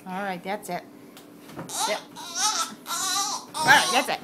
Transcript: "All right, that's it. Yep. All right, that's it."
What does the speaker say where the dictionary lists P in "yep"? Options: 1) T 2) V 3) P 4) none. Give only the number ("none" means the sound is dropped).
4